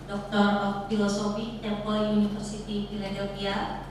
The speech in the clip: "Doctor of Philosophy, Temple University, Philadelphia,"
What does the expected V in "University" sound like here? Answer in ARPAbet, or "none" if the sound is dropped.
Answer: F